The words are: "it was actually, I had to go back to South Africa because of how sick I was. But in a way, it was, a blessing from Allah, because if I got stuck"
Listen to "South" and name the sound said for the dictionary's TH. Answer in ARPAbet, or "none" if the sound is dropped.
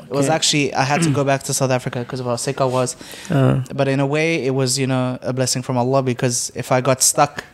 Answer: TH